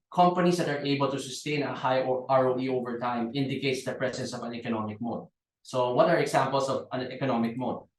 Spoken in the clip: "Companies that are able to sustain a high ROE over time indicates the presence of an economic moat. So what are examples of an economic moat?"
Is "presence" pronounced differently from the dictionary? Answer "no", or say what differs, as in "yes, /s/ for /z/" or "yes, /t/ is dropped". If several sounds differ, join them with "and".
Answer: yes, /s/ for /z/